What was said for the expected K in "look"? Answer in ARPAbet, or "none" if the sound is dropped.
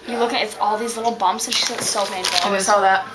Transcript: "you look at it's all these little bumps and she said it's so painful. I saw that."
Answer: K